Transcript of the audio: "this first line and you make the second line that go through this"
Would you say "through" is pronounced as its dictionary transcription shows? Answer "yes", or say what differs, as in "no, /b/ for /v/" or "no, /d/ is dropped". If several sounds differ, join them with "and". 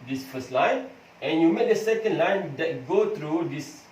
no, /t/ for /θ/